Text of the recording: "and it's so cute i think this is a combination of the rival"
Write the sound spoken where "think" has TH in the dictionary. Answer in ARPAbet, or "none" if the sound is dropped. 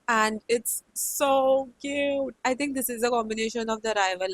T